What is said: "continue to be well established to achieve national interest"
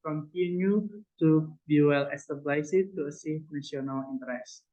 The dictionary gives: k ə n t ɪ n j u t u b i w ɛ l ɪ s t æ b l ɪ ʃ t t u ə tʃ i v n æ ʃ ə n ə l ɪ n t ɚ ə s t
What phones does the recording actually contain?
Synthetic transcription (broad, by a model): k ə n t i n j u t u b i w ɛ l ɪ s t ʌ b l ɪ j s t u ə s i f n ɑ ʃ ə n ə l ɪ n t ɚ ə s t